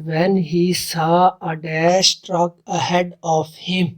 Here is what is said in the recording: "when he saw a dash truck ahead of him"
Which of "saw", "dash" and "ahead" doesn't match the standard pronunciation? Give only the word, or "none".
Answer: dash